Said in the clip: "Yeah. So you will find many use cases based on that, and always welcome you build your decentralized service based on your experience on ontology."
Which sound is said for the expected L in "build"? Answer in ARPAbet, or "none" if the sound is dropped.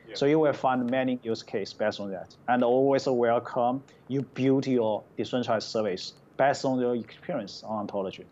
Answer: none